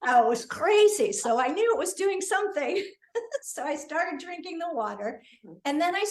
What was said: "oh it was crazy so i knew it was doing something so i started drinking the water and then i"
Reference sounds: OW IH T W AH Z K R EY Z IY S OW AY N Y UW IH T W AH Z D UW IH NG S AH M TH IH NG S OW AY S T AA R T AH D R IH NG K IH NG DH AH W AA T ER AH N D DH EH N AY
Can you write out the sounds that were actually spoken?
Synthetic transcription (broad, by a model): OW IH T W AH Z K R EY Z IY S OW AY N Y UW IH T W AH Z D UW IH NG S AH M TH IH NG S OW AY S T AA R T AH D R IH NG K IH NG DH AH W AA T ER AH N DH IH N AY